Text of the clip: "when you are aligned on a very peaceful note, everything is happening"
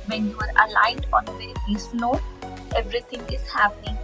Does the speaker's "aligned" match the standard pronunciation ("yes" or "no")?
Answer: yes